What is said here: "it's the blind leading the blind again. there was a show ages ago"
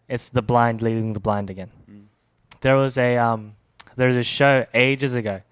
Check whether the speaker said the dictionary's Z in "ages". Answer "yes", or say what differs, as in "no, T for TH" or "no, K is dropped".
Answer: yes